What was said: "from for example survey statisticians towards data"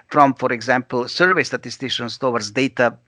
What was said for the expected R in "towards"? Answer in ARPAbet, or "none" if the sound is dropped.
W